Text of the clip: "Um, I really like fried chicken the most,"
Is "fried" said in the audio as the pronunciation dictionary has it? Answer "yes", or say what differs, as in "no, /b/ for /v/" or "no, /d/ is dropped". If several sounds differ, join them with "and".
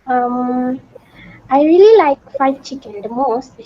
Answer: no, /ɹ/ is dropped